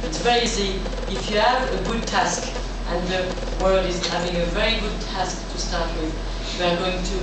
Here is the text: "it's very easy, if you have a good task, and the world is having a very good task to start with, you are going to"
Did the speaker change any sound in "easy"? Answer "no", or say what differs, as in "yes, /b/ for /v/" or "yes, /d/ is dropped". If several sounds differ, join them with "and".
yes, /s/ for /z/